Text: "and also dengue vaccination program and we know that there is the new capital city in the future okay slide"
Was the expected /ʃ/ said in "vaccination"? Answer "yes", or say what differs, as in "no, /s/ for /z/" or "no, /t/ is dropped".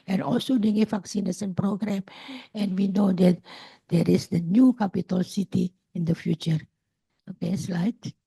no, /s/ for /ʃ/